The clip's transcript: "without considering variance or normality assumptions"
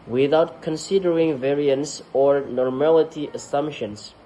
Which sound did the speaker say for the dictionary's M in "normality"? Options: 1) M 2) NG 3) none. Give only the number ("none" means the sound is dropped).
1